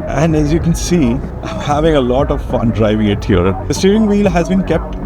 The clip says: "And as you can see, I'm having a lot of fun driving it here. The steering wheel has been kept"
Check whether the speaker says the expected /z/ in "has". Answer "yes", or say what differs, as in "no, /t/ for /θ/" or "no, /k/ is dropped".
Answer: yes